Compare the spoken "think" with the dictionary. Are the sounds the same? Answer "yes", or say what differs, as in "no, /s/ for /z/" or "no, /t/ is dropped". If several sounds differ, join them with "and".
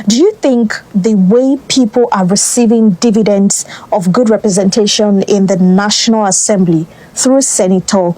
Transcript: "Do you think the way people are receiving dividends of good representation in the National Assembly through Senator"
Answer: yes